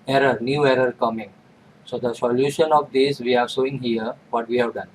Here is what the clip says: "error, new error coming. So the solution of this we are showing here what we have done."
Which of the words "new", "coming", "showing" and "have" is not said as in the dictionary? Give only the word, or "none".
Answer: showing